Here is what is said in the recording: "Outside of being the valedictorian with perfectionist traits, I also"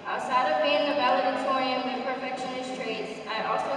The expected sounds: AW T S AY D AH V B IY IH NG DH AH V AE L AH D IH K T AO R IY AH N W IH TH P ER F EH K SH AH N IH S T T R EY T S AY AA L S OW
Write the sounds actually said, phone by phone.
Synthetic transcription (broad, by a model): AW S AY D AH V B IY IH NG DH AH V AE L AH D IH T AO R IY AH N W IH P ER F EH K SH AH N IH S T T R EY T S AY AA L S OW